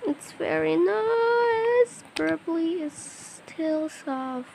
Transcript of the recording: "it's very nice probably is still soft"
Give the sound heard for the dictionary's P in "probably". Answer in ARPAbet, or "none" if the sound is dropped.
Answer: B